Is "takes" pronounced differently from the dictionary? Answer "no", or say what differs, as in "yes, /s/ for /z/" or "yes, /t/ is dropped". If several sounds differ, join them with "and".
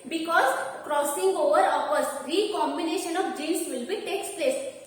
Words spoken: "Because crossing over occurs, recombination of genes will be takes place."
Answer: no